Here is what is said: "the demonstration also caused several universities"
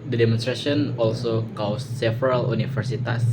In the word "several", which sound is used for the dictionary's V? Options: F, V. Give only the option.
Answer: F